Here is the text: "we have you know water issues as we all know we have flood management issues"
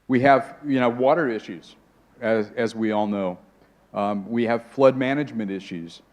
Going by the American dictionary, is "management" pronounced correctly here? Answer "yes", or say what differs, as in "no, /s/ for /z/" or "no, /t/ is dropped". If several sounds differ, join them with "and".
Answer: yes